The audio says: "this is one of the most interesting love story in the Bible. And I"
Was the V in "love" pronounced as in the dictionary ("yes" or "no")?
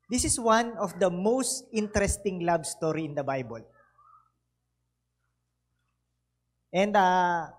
no